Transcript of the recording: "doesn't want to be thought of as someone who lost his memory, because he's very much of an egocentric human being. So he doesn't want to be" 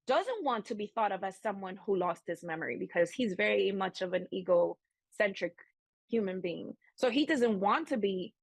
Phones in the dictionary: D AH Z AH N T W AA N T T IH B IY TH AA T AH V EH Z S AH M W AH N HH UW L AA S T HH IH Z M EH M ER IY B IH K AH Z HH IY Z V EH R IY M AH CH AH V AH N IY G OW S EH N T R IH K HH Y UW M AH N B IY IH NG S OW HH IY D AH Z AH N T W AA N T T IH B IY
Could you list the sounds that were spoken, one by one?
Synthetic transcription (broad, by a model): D AH Z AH N T W AA N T T IH B IY TH AA T AH V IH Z S AH M W AH N HH UW L AA S T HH IH S M EH M ER IY B IH K AH Z HH IY Z V EH R IY M AH CH AH V AH N IY G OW S EH N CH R IH K HH Y UW M AH N B IY IH NG S OW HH IY D AH Z AH N T W AA N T T IH B IY